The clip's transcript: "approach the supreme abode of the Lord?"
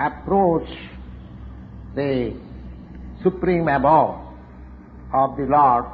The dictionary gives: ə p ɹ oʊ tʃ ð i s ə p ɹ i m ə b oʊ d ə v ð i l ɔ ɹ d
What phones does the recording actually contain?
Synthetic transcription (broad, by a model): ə p ɹ oʊ tʃ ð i s ə p ɹ i m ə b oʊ ə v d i l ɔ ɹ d